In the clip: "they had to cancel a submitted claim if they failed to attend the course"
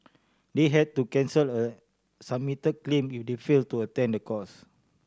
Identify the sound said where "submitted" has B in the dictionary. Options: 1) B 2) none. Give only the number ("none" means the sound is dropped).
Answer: 2